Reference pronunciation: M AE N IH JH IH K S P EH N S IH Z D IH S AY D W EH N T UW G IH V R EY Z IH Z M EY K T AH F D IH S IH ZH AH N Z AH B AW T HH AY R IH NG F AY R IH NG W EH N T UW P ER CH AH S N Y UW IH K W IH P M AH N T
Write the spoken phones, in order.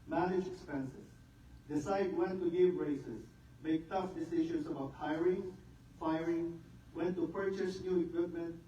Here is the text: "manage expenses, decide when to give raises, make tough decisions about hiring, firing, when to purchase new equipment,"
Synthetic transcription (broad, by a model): M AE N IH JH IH K S P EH N S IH S D IH S AY D W EH N T UW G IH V R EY S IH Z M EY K T AH F D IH S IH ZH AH N S AH B AW T HH AY R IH NG F AY R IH NG W EH N T UW P ER CH AH S N Y UW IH K W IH P M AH N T